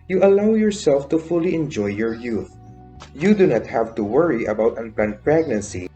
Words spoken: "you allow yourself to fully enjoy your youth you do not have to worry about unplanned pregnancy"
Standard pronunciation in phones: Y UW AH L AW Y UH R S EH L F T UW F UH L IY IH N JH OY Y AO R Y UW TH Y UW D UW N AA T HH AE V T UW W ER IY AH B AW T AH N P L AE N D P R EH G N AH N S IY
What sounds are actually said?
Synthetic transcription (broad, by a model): Y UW AH L AW Y UH R S EH L F T UW F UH L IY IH N JH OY Y AO R Y UW TH Y UW D UW N AA T HH AE V T UW W ER IY AH B AW T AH N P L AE N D P R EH G N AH N S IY